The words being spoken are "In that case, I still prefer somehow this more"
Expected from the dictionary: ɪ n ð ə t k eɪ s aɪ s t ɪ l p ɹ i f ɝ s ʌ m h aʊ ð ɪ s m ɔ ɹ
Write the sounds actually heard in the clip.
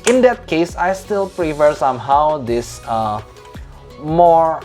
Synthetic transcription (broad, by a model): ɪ n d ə t k eɪ s aɪ s t ɪ l p ɹ i f ɝ s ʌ m h aʊ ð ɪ s m ɔ ɹ